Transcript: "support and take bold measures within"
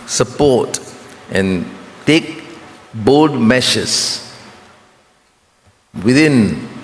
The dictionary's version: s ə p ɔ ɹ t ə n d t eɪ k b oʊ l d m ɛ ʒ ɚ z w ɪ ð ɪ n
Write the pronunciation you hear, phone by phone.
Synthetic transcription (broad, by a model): s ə p ɔ t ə n t eɪ k b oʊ d m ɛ ʃ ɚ s w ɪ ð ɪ n